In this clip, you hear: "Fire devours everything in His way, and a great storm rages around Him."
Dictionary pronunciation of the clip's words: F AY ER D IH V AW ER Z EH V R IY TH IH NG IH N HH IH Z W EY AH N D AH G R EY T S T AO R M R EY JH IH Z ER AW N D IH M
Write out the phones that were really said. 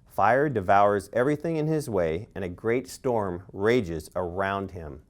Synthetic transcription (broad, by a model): F AY ER D IH V AW ER Z EH V R IY TH IH NG IH N IH Z W EY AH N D AH G R EY T S T AO R M R EY JH IH Z ER AW N D IH M